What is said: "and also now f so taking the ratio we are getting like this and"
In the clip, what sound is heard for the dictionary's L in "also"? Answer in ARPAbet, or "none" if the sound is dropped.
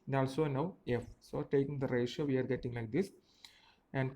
L